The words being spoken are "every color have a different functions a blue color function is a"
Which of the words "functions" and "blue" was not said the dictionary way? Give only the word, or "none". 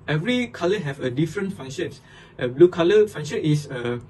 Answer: functions